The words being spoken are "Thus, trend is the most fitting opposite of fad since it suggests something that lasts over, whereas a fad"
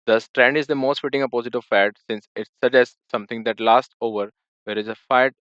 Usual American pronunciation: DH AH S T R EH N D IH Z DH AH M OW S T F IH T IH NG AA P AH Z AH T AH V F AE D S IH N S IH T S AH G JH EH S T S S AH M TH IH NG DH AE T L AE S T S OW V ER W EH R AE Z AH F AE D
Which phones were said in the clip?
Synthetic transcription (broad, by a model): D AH S T R EH N D IH Z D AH M OW S T F IH T IH NG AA P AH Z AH T AH V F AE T S IH N S IH T S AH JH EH S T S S AH M T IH NG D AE T L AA S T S OW V ER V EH R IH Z AH F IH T